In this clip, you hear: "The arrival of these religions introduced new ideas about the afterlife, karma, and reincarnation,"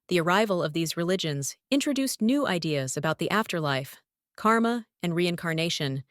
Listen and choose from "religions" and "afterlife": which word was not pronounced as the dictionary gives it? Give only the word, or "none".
none